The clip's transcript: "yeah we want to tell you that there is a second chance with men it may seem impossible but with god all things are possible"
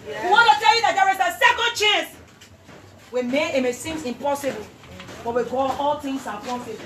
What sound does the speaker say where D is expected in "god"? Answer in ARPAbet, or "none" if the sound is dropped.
none